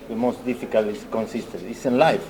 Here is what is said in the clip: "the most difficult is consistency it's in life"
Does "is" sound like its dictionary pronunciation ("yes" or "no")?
no